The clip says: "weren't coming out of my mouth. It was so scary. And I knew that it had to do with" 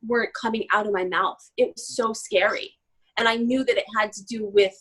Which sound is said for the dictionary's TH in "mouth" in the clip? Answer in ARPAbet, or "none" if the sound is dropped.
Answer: TH